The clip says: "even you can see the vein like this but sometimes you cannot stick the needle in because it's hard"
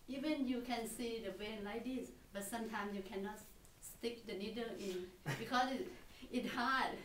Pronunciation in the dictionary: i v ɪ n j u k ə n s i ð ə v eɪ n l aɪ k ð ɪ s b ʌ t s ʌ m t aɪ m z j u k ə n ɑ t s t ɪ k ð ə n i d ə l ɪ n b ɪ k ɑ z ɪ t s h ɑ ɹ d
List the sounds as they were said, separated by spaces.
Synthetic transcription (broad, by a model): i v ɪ n j u k ə n s i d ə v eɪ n l aɪ k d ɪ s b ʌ t s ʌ m t aɪ m s j u k ə n ɑ t s t ɪ k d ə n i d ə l ɪ n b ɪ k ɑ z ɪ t h ɑ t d